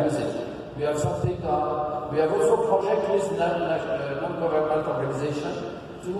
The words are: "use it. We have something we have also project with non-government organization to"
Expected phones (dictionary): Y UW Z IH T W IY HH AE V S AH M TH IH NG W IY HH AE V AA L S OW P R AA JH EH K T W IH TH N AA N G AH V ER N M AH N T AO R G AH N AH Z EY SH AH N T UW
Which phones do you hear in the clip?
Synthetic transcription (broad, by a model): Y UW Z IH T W IY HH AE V S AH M T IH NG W IY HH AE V AA L S OW P R AA JH EH K T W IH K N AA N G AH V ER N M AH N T AO R G AH N AH Z EY SH AH N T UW